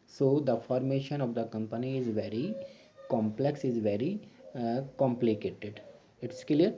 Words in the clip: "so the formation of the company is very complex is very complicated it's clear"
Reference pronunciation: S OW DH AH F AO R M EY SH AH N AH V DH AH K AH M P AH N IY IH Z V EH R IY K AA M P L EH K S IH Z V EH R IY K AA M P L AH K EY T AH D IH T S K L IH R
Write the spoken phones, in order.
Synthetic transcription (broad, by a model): S OW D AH F AO R M EY SH AH N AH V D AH K AH M P AH N IY IH Z V EH R IY K AA M P L EH K S IH Z V EH R IY K AA M P L AH K EY T AH D IH T S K L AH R